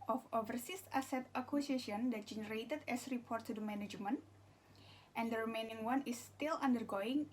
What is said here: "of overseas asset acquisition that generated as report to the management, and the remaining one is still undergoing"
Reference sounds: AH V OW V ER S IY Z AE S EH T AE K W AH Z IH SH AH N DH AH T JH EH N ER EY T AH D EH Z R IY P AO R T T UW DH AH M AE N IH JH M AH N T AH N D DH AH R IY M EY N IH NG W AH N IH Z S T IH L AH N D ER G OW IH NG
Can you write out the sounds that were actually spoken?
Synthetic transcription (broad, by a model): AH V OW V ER S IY S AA S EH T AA K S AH S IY AH N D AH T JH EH N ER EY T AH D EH S R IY P AO R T T UW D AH M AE N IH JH M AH N T AH N D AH R IY M EY N IH NG W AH N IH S T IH L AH N D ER G OW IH NG